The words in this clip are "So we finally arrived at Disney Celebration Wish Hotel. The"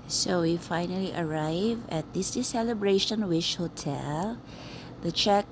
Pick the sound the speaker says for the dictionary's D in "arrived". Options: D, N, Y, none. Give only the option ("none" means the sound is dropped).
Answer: none